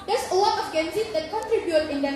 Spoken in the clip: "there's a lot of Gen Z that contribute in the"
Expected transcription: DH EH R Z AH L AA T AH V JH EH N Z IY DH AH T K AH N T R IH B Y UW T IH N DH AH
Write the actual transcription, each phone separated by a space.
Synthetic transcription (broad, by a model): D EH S AH W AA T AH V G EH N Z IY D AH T K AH N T R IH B Y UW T IH N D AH